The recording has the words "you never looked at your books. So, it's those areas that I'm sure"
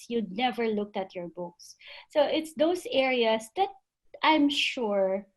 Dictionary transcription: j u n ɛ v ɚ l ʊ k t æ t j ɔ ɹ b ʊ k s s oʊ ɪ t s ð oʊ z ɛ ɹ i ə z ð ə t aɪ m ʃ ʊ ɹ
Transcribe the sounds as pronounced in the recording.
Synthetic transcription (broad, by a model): j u n ɛ v ɚ l ʊ k t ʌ t j ɔ ɹ b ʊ k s s oʊ ɪ t s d oʊ s ɛ ɹ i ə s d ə t aɪ m ʃ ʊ ɹ